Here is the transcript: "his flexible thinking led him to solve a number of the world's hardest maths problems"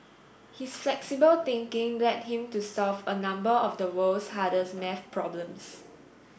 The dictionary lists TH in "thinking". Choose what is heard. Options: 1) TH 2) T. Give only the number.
2